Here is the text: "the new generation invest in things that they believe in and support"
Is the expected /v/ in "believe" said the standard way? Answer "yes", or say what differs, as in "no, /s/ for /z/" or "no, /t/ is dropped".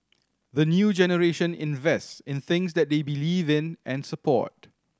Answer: yes